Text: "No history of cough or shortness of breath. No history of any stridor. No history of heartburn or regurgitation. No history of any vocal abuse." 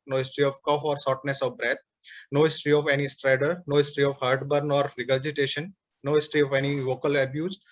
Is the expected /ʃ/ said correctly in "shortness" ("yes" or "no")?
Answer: no